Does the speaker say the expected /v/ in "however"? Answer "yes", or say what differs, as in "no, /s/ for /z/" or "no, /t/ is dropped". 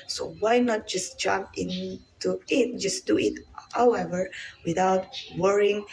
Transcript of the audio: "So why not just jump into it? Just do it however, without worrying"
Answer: yes